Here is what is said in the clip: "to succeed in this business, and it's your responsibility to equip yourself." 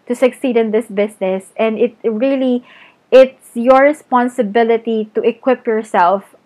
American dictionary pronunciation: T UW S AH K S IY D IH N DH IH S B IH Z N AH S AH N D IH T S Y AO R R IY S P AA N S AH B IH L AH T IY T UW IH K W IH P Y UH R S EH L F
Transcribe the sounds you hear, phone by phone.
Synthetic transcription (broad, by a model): T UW S AH K S IY D IH N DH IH S B IH S N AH S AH N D IH T S Y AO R R IY S P AA N S AH B IH L AH T IY T UW IH K W IH P Y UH R S EH L F